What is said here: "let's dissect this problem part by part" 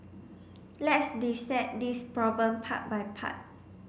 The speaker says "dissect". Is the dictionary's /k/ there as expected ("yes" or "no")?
no